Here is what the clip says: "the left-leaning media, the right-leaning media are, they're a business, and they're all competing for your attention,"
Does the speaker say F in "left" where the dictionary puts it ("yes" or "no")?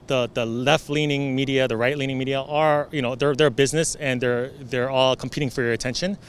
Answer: yes